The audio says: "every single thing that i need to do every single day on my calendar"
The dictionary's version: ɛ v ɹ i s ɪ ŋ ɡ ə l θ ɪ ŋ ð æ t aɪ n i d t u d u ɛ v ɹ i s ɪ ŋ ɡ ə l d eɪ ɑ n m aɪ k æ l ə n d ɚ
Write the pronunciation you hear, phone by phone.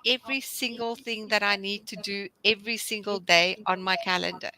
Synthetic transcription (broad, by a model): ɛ v ɹ i s ɪ ŋ ɡ ə l θ ɪ ŋ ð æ t aɪ n i d t u d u ɛ v ɹ i s ɪ ŋ ɡ ə l d eɪ ɑ n m aɪ k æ l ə n d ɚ